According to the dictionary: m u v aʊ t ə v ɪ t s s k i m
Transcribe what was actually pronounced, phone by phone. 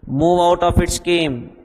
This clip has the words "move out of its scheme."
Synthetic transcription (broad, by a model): m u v aʊ t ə p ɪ t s s k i m